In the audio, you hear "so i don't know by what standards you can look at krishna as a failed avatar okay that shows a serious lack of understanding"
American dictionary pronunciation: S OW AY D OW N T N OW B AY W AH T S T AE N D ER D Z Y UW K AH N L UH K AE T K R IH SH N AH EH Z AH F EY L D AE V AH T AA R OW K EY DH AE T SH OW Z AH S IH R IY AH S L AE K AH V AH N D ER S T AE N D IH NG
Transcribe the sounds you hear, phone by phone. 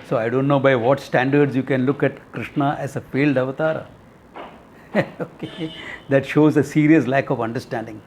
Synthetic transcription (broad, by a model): S OW AY D OW N T N OW B AY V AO T S T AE N D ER D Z Y UW K AH N L UH K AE T K R IH SH N AH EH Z AH F EY L D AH V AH T AA R OW K EY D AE T SH OW Z AH S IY R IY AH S L AE K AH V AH N D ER S T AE N D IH NG